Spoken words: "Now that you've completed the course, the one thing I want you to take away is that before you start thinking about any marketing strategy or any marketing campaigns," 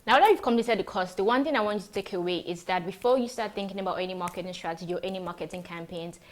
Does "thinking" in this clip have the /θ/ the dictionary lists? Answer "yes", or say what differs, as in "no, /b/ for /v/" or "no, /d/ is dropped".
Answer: yes